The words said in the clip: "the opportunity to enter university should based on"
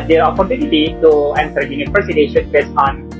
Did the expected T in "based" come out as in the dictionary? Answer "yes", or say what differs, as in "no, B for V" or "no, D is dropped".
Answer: no, T is dropped